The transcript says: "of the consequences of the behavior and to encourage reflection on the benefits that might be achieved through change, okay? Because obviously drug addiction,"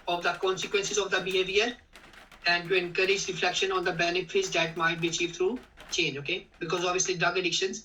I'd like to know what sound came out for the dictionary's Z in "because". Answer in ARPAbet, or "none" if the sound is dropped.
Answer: Z